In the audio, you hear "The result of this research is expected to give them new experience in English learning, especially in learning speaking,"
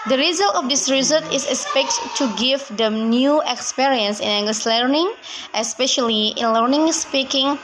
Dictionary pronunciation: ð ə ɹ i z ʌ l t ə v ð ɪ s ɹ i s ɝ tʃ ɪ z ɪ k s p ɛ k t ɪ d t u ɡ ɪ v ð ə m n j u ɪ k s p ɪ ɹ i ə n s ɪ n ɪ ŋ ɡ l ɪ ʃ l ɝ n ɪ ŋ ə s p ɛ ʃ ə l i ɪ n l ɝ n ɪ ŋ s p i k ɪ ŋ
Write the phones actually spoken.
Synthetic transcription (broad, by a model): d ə ɹ i z ʌ l t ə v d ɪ s ɹ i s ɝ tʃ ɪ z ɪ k s p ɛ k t t u ɡ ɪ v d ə m n j u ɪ k s p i ɹ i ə n s ɪ n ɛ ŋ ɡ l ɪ s l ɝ n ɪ ŋ ə s p ɛ ʃ ə l i ɪ n l ɝ n ɪ ŋ s p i k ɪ ŋ